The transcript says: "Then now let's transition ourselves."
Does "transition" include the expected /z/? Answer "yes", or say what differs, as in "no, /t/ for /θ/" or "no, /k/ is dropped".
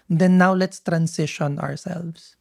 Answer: no, /s/ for /z/